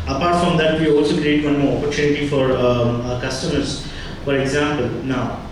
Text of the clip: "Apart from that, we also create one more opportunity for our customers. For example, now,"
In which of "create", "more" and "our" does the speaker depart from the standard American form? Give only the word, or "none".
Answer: none